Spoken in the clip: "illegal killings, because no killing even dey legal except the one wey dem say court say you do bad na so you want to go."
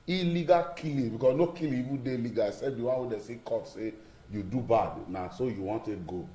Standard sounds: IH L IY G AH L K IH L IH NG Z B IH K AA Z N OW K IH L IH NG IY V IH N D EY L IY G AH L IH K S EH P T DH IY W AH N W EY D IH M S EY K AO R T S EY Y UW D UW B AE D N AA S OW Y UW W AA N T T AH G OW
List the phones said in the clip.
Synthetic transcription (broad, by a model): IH L IY G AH K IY L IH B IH K AA S N OW K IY L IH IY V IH D EY L IY G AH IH S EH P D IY W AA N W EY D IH S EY K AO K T S EY Y UW D UW B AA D N AA S OW Y UW W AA N T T G OW